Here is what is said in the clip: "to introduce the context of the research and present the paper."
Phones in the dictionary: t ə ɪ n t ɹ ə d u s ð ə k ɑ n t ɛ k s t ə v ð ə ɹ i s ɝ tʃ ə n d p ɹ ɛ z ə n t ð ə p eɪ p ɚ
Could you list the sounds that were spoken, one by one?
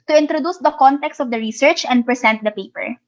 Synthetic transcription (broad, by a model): t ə ɪ n t ɹ ə d u s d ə k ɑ n t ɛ k s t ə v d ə ɹ i s ɝ tʃ ə n d p ɹ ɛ s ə n t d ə p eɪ p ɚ